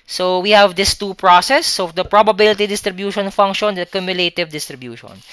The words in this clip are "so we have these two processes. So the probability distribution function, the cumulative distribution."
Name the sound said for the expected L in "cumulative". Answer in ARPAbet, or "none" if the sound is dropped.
L